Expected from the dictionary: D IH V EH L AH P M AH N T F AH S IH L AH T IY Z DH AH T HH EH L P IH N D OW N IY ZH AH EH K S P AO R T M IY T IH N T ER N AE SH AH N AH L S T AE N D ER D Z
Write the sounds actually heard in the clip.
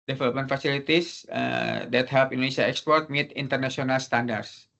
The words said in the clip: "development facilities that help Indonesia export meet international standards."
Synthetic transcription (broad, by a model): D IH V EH L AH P M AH N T F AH S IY L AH T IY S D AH T HH EH L P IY N D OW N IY S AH EH K S P AO R T M IY T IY N T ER N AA S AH N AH L S T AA N D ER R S